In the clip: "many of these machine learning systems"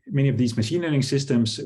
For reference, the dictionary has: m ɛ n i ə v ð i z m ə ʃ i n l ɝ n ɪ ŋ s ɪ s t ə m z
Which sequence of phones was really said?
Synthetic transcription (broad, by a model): m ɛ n i ə v ð i z m ə ʃ i n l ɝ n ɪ ŋ s ɪ s t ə m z